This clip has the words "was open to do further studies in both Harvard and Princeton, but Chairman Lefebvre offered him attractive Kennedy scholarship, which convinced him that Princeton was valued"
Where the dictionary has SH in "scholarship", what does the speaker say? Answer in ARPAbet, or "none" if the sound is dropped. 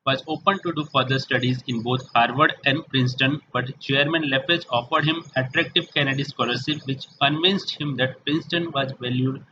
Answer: S